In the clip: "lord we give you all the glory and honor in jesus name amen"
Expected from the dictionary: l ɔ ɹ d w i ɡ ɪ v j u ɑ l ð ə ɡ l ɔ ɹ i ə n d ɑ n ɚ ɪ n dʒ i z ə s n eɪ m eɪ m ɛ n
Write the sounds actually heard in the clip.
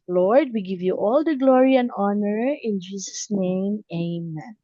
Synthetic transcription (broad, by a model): l ɔ ɹ d w i ɡ ɪ v j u ɑ l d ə ɡ l ɔ ɹ i ə n d ɑ n ɚ ɪ n dʒ i s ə s n eɪ m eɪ m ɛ n